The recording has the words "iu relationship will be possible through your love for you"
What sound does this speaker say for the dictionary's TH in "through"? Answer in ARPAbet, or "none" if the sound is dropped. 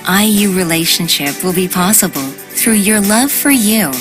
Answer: TH